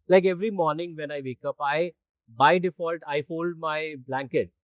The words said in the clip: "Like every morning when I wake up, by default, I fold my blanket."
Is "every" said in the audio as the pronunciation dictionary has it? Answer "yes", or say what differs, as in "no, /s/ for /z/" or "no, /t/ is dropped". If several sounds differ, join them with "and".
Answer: yes